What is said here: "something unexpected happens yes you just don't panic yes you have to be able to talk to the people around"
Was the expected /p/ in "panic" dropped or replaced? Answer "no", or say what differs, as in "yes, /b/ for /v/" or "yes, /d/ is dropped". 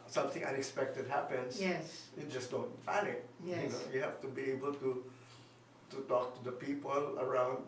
yes, /f/ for /p/